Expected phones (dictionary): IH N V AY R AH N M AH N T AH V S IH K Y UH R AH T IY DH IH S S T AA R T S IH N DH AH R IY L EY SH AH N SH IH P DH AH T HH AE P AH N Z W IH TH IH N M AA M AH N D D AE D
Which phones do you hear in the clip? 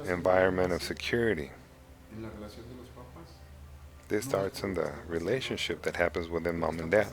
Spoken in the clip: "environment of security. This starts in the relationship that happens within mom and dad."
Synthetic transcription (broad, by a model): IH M V AY R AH N M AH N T AH V S IH K Y UH R AH T IY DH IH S S T AA R T S IH N DH AH R IY L EY SH AH N SH IH P DH AH T HH AE P AH N Z W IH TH IH N M AA M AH N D D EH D